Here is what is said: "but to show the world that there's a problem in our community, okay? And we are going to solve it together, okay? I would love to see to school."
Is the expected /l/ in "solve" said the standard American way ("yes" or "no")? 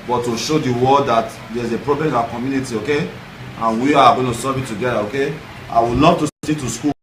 no